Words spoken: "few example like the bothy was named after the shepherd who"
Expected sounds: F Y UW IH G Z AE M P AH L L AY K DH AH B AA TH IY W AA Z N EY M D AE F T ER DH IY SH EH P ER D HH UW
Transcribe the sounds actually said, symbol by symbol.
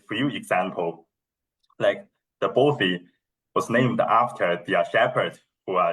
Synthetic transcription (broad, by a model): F Y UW IH G Z AE M P AH L L AY K DH AH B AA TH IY W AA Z N EY M D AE F T ER DH IY SH EH P ER D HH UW